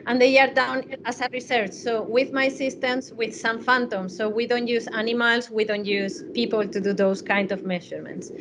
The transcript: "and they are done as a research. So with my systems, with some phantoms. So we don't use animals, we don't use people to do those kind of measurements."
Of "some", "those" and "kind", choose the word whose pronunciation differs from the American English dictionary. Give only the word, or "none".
those